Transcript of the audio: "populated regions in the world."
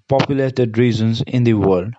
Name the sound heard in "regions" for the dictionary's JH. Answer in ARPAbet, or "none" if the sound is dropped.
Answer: Z